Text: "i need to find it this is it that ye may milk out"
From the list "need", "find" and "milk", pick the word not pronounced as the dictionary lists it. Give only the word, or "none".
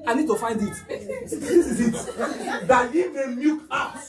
milk